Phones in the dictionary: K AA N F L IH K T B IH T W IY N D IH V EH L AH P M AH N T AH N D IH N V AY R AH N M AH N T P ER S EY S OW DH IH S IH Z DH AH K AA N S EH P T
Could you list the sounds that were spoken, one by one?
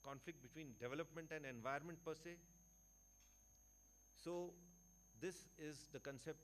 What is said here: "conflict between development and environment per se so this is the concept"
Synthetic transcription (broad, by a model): K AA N F L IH K T B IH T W IY N D IH V EH L AH P M AH N T AH N D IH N V AY AH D M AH N T P ER S EY S OW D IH S IH Z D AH K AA N S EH P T